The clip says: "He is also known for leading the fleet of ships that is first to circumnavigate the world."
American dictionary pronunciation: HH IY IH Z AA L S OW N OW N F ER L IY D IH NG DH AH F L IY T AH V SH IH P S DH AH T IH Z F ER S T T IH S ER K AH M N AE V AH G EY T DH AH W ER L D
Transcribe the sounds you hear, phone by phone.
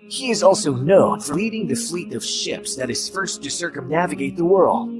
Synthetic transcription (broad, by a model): HH IY IH Z AA L S OW N OW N F ER L IY D IH NG DH AH F L IY T AH V SH IH P S DH AH T IH Z F ER S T T IH S ER K AH M N AE V AH G EY T DH AH W ER L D